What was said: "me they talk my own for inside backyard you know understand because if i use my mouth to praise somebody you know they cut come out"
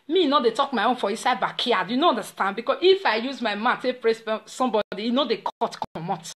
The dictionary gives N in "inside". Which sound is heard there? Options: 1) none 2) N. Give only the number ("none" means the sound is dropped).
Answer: 1